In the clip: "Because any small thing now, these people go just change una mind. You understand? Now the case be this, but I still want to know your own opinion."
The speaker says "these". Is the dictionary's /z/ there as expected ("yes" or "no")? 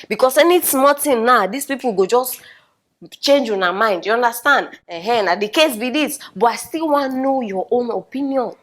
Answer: no